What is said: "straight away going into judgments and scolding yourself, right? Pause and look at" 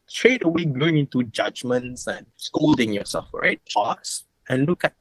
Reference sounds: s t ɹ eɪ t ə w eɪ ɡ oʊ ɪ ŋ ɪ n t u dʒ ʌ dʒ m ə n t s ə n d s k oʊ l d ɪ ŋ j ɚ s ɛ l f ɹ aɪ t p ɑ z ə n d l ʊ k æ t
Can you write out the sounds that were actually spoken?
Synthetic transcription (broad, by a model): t ɹ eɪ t ə w eɪ ɡ oʊ ɪ ŋ ɪ n t u dʒ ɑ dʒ m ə n t s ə n s k oʊ l d ɪ ŋ j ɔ s ɛ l f ɹ aɪ t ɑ s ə n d l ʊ k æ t